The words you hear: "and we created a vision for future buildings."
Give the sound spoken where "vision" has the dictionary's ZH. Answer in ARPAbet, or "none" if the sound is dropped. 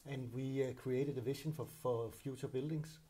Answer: SH